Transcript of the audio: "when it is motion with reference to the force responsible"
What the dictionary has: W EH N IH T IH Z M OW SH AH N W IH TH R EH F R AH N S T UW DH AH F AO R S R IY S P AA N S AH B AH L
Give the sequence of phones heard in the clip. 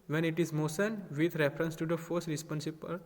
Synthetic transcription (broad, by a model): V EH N IH T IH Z M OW S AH N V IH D R EH F R AH N S T UW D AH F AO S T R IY S P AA N S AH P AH L